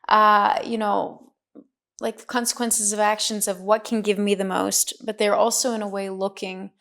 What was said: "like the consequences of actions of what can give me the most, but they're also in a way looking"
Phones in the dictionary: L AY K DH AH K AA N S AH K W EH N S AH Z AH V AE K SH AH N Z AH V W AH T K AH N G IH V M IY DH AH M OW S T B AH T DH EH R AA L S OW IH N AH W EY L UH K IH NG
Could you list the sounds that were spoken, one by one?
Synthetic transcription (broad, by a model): L AY K DH AH K AA N S AH K W EH N S AH Z AH V AE K SH AH N Z AH V W AH T K N G IH V M IY DH AH M OW S T B AH T DH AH R AA L S OW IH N AH W EY L UH K IH NG